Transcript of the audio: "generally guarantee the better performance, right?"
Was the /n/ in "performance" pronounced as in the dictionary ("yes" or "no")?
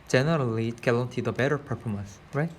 yes